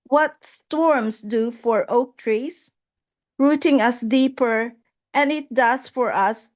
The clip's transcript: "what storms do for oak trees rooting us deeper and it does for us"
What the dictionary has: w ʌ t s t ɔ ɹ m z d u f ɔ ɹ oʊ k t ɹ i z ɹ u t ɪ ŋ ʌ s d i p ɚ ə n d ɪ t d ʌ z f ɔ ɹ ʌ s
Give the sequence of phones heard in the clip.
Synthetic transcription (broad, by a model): w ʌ t s t ɔ ɹ m s d u f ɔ ɹ oʊ k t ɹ i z ɹ u t ɪ ŋ ʌ s d i p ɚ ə n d ɪ t d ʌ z f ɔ ɹ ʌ s